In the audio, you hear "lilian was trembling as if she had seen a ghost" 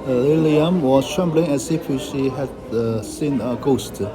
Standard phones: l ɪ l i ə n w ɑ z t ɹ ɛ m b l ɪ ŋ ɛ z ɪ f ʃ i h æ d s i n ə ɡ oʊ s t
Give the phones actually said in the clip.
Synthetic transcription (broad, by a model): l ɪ l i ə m w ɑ s t ɹ ɛ m b l ɪ ŋ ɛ s ɪ f ʃ i h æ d s i n ə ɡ oʊ s t